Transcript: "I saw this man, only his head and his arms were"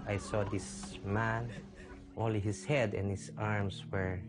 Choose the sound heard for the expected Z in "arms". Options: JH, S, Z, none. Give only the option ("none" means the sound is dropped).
S